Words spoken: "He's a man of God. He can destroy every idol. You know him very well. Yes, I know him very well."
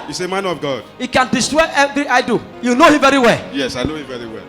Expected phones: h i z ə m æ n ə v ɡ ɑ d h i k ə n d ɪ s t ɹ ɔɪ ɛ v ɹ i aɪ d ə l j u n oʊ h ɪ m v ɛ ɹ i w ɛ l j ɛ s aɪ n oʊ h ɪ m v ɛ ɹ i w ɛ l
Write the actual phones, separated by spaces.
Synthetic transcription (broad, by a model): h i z ə m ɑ n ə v ɡ ɑ d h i k ə n d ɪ s t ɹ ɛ ɛ v ɹ i aɪ d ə j u n oʊ h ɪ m v ɛ ɹ i w ɛ l j ɛ s aɪ n oʊ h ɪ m v ɛ ɹ i w ɛ l